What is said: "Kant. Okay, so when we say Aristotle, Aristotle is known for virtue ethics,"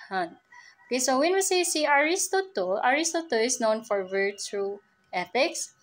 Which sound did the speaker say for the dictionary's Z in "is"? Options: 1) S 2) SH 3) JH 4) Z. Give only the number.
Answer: 1